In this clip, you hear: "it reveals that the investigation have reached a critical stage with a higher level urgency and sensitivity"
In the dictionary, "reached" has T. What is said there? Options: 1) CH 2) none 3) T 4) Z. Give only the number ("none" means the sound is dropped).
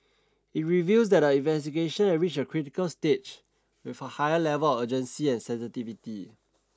2